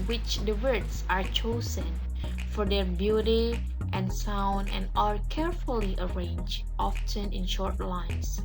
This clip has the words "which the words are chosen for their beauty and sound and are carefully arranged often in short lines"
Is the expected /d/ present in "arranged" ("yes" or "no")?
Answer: no